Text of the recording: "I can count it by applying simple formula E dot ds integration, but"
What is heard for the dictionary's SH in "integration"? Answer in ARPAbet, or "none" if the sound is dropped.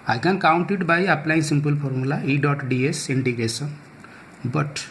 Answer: S